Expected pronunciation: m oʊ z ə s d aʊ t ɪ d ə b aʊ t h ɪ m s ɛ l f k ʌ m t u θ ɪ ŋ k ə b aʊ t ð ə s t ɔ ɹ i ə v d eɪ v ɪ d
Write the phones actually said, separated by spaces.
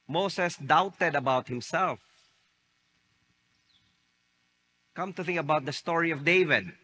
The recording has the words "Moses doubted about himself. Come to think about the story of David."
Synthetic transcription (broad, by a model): m oʊ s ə s d aʊ t ɪ d ə b aʊ t h ɪ m s ɛ l f k ʌ m t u θ ɪ ŋ k ə b aʊ t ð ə s t ɔ ɹ i ə v d eɪ v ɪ d